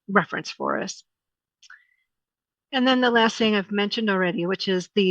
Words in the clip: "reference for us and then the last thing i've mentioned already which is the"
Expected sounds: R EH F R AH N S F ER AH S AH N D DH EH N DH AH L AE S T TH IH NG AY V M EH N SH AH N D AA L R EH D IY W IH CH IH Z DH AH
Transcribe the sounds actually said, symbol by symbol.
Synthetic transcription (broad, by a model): R EH F R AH N S F ER AH S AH N DH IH N DH AH L AE S T TH IH NG AY V M EH N SH AH N D L R EH D IY W IH CH IH Z DH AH